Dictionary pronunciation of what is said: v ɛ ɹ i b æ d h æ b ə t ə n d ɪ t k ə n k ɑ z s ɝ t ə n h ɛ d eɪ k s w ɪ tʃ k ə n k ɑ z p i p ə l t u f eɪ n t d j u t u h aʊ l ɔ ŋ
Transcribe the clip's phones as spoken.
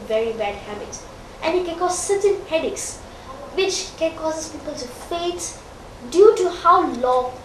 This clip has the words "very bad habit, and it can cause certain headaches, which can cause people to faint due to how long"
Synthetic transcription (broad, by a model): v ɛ ɹ i b æ d h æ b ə t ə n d ɪ t k ə n k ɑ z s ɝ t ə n h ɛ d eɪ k s w ɪ tʃ k ə n k ɑ s p i p ə l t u f eɪ t d j u t u h aʊ l ɔ